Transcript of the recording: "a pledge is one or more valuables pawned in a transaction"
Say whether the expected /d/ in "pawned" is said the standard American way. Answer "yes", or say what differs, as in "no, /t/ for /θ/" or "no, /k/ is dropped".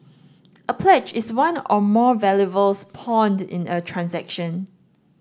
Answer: yes